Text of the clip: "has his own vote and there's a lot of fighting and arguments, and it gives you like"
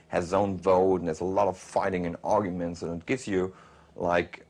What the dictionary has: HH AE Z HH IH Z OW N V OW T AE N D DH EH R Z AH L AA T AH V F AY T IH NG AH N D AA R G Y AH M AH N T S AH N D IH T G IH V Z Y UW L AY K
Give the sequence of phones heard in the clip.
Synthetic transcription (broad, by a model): HH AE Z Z OW N V OW T N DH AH R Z AH L AA T AH V F AY T IH NG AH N AA R G Y AH M AH N T S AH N IH T G IH V Z Y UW L AY K